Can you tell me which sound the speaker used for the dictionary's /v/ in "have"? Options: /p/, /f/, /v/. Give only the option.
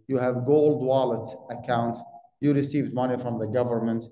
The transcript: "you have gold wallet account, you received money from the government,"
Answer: /v/